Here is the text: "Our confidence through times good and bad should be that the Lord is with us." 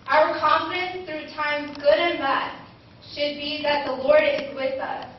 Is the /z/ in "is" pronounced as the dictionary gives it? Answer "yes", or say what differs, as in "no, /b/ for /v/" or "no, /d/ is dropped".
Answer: yes